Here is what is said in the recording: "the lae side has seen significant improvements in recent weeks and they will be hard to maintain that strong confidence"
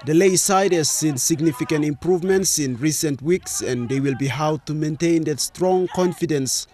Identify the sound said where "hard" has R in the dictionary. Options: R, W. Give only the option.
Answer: W